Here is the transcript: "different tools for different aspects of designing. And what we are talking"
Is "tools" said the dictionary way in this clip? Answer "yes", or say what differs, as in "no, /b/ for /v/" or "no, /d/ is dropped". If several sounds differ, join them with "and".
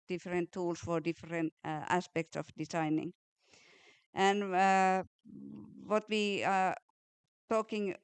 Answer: no, /s/ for /z/